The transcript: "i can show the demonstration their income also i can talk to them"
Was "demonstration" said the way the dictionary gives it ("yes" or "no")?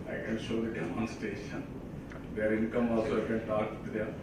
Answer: no